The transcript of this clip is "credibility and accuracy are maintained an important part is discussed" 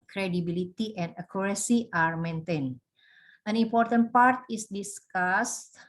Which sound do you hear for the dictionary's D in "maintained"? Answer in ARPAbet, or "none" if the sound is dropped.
none